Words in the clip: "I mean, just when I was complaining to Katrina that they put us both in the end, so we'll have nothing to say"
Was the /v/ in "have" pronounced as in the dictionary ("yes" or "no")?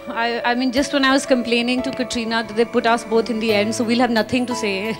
yes